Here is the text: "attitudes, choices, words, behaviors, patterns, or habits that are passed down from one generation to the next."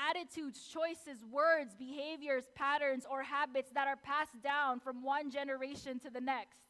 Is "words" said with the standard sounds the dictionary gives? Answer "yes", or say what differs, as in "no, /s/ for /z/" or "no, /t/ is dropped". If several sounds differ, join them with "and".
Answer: yes